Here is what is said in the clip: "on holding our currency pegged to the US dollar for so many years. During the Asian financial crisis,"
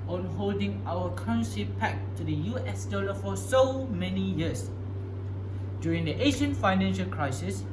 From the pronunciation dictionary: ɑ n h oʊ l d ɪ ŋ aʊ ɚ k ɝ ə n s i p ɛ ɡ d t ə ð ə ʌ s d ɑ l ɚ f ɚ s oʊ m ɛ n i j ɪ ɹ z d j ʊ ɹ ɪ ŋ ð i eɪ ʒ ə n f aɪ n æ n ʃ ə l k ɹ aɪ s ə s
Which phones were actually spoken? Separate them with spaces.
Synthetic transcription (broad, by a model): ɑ n h oʊ l d ɪ ŋ aʊ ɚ k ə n ʃ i p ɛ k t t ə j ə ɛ s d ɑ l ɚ f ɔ s oʊ m ɛ n i j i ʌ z d j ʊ ɹ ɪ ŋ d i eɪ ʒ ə n f aɪ n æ n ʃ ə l k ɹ aɪ s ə s